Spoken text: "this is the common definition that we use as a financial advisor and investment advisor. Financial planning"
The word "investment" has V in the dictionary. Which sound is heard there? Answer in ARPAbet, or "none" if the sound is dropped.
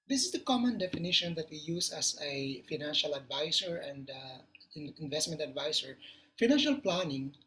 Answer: V